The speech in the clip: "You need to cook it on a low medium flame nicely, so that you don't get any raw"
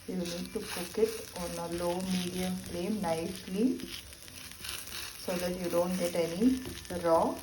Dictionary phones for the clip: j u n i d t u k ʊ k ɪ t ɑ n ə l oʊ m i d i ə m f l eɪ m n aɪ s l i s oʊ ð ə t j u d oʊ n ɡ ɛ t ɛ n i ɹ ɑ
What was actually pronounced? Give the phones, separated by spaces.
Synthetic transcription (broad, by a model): j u n i d t u k ʊ k ɪ t ɑ n ə l oʊ m i d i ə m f l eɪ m n aɪ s l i s oʊ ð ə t j u d oʊ n ɡ ɛ t ɛ n i ɹ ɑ